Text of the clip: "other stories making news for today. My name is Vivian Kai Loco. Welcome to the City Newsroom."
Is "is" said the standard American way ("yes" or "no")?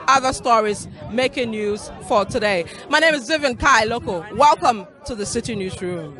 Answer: yes